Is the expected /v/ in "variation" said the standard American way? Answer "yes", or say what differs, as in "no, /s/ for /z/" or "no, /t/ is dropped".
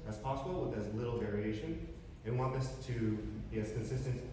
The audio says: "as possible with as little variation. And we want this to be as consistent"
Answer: yes